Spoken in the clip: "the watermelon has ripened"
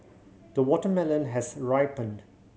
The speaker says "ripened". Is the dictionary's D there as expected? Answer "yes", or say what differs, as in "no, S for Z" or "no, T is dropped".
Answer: yes